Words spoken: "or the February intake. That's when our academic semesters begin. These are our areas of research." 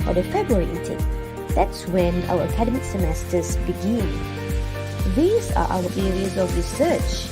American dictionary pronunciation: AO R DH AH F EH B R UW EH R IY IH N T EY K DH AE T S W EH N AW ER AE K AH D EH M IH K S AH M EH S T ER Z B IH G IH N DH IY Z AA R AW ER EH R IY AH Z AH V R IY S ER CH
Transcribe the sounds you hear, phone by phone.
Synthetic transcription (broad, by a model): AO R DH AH F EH B R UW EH R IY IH T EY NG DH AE T S W EH N AW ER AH K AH D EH M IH K S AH M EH S T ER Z B IH G IH N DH IY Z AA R AW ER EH R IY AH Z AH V R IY S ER CH